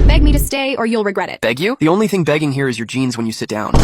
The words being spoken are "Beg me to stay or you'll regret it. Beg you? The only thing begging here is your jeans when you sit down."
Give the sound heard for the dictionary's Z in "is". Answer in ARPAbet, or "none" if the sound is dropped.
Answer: Z